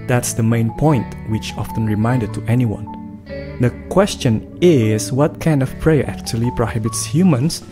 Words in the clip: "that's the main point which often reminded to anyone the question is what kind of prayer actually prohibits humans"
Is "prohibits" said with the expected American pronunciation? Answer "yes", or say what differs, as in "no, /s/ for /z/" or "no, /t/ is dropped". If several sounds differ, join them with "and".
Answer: yes